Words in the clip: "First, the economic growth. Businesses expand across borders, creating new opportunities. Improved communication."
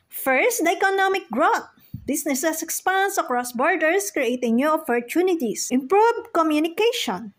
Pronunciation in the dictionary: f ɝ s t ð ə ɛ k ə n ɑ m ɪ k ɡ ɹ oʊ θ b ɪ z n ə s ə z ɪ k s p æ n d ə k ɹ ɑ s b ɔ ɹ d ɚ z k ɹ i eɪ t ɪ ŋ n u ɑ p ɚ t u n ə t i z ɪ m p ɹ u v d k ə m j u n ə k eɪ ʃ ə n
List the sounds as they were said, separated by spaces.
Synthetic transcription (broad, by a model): f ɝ s t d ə ɛ k ə n ɑ m ɪ k ɡ ɹ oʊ t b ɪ s n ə s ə s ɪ k s p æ n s ə k ɹ ɑ s b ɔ ɹ d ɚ s k ɹ i eɪ t ɪ ŋ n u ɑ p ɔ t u n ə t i s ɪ m p ɹ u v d k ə m j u n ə k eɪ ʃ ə n